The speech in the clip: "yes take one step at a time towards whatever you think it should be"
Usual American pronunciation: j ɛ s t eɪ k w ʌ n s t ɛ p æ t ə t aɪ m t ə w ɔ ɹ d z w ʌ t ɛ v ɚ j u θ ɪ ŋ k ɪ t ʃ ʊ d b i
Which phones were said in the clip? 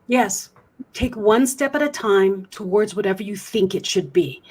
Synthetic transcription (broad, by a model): j ɛ s t eɪ k w ʌ n s t ɛ p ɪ t ə t aɪ m t ə w ɔ ɹ d z w ʌ t ɛ v ɚ j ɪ θ ɪ ŋ k ɪ t ʃ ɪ d b i